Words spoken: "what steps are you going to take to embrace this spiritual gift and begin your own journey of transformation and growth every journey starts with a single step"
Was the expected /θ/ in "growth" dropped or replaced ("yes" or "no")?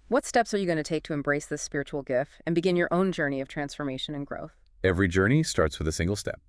no